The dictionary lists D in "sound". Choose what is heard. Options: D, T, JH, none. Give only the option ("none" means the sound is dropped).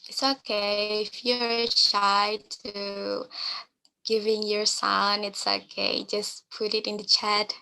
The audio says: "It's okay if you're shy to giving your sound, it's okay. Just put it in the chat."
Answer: none